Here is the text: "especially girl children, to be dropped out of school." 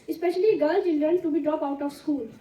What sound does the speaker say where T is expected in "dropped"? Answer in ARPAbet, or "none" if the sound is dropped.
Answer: none